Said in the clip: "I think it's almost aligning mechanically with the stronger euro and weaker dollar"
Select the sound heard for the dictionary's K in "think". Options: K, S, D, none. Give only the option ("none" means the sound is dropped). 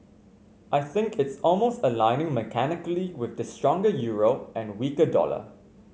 K